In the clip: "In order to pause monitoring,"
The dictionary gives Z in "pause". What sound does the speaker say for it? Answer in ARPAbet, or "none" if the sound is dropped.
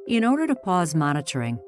Z